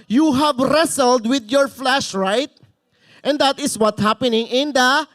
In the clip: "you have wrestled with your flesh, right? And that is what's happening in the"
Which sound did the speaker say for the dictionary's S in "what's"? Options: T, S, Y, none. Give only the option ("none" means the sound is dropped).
none